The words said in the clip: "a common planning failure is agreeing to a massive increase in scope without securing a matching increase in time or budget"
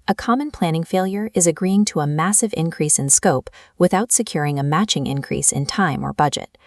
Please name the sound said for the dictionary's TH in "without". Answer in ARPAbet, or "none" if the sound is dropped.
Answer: TH